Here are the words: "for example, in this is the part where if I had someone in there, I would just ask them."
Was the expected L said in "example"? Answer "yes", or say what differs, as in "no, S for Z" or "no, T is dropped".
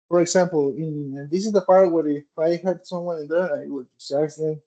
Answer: no, N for L